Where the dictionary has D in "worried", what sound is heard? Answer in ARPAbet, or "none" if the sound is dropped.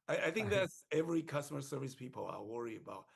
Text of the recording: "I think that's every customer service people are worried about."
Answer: none